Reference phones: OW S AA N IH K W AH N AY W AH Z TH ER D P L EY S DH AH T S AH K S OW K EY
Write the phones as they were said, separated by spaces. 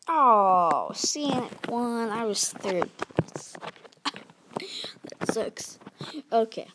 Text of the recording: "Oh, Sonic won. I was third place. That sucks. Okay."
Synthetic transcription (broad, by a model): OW S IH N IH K W AH N AY W AH Z TH ER D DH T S DH AH T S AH K S OW K EY